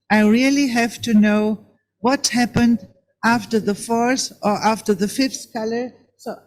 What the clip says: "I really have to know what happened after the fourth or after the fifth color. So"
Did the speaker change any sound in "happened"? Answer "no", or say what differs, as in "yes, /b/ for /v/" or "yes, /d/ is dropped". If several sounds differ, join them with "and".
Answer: no